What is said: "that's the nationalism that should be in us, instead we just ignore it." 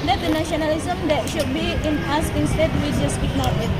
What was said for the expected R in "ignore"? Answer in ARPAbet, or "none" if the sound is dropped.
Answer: W